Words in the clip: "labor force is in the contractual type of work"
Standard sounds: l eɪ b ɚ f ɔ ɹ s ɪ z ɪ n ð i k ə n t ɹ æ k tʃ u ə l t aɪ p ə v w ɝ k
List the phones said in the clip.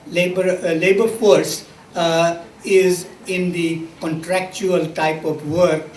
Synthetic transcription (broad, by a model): l eɪ b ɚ f ɔ ɹ s ɪ z ɪ n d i k ə n t ɹ æ k tʃ u ə l t aɪ p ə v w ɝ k